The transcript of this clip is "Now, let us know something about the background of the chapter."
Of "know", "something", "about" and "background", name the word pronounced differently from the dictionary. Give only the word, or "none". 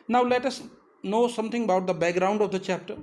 something